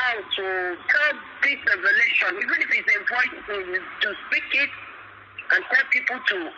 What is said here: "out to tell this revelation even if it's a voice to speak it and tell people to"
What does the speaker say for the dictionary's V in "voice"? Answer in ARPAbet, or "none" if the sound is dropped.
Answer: P